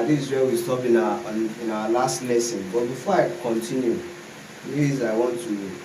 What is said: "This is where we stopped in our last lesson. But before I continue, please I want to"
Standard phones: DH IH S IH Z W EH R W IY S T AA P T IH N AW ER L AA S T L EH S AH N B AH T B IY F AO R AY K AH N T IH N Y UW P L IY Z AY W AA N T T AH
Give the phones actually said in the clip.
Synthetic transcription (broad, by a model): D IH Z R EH L W IY S T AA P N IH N AW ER L AA S T L EH S AH N B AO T B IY F AO AY K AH N T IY N Y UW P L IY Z AY W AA N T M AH